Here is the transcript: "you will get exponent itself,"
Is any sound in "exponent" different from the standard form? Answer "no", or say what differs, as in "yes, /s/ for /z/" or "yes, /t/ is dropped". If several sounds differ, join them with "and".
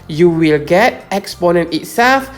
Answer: no